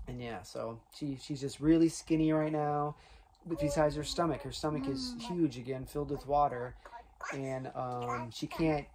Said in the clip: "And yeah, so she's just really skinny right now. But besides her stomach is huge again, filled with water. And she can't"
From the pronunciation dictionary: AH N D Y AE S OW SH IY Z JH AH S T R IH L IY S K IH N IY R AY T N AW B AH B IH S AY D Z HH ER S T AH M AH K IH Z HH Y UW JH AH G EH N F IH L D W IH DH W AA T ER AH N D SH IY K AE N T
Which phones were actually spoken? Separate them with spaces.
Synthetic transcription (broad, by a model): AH N Y AE S OW SH IY Z JH AH S T R IH L IY S K IH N IY R AY T N AW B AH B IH S AY D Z HH ER S T AH M AH K IH Z HH Y UW JH AH G EH N F IH L D W IH DH W AA T ER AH N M SH IY K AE N T